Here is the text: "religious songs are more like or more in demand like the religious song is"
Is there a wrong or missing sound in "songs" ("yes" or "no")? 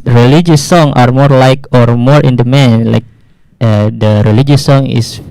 yes